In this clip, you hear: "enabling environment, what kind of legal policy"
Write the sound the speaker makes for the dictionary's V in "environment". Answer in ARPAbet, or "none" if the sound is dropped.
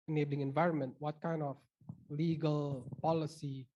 V